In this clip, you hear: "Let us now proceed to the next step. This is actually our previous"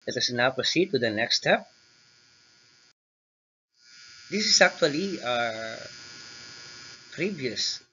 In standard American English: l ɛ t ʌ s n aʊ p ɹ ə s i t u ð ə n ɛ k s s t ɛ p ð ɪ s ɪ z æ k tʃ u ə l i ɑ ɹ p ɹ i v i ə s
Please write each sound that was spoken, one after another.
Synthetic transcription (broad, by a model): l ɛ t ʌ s n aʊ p ə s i t u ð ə n ɛ k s s t ɛ p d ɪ s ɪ s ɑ k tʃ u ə l i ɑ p ɹ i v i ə s